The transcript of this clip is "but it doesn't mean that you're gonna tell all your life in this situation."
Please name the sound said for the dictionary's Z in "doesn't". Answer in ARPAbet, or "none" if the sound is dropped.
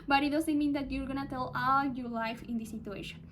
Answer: S